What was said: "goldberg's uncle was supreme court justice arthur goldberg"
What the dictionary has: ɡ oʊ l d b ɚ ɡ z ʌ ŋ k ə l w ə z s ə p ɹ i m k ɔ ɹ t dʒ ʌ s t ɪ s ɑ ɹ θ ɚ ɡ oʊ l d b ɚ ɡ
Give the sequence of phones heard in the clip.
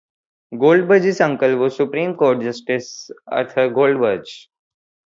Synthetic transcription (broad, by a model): ɡ oʊ l d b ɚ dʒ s ʌ ŋ k ə l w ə s ə p ɹ i m k ɔ ɹ t dʒ ʌ s t ɪ s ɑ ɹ t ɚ ɡ oʊ l d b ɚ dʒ